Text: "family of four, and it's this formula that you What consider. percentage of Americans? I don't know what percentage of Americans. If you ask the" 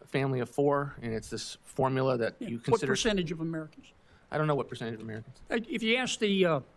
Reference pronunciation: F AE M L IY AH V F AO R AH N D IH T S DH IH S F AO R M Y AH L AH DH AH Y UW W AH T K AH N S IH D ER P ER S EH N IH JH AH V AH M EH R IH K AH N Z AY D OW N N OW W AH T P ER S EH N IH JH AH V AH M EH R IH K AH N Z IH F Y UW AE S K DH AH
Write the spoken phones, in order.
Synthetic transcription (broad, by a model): F AE M L IY AH V F AO R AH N IH T S DH IH S F AO R M Y L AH DH AH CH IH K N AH S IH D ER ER S EH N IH JH AH V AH M EH R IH K N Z AY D OW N N OW W AH T P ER S EH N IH JH AH V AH M EH R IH K N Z IH F Y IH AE S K DH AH